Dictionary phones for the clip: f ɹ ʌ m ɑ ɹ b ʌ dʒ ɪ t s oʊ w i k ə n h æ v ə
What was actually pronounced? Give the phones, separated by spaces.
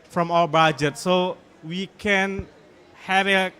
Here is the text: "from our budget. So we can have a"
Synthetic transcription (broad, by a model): f ɹ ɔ m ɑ l b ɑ dʒ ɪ t s oʊ w i k ə n h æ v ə